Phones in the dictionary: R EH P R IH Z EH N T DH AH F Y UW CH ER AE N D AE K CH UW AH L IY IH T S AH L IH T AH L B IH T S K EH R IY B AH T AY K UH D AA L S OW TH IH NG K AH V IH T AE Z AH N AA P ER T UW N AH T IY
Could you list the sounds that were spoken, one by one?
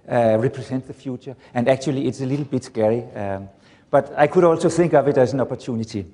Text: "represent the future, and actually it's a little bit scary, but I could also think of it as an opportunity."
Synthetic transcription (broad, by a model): R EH P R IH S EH N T DH AH F Y UW CH ER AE N D AE K CH UW AH L IY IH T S AH L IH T L B IH T S K EH R IY B AH T AY K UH D AA L S OW TH IH NG K AH V IH T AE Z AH N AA P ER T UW N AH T IY